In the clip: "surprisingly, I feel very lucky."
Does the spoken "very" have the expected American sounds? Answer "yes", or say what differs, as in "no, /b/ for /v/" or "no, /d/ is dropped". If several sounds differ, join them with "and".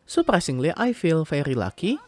no, /f/ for /v/